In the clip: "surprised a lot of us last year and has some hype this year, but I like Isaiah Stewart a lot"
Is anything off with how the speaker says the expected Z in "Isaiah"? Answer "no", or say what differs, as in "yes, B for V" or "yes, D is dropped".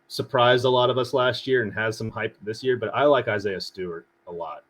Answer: no